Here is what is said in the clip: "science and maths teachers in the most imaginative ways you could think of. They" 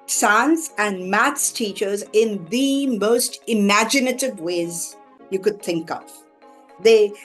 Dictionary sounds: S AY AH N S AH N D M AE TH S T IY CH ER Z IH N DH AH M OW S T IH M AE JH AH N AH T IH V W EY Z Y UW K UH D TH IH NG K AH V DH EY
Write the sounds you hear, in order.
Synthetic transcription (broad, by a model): S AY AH N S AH N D M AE T S T IY CH ER Z IH N DH AH M OW S T IH M AE JH AH N AH T IH V W EY Z Y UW K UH D TH IH NG K AH V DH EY